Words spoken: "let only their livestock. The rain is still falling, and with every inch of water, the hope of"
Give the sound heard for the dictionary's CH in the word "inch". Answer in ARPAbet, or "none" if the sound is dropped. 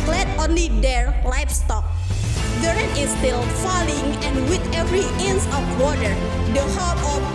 S